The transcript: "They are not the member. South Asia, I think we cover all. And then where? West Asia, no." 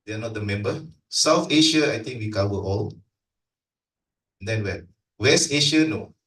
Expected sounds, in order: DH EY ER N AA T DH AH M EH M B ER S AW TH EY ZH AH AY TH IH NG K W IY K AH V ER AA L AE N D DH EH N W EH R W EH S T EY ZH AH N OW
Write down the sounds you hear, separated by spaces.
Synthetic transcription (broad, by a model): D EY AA N AA T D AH M EH M B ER S AW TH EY SH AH AY T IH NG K W IY K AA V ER AA L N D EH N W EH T W EH S T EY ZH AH N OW